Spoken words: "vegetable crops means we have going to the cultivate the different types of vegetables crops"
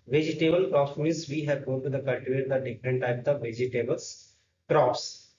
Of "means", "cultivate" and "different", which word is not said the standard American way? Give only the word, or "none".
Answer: means